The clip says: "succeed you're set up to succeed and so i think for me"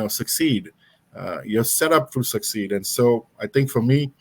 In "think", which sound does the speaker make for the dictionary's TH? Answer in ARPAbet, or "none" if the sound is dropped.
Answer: T